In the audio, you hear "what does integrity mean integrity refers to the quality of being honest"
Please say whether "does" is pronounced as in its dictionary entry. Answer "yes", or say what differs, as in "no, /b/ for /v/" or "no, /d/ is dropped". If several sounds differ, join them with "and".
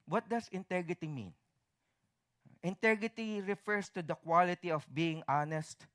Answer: no, /s/ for /z/